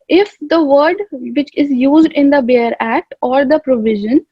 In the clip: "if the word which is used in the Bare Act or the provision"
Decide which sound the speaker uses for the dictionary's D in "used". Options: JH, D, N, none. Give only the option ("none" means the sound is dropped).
D